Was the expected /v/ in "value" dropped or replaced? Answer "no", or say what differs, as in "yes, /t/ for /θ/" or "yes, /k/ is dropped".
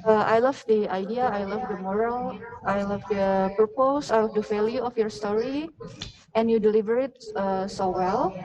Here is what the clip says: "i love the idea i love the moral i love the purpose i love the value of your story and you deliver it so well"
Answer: yes, /f/ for /v/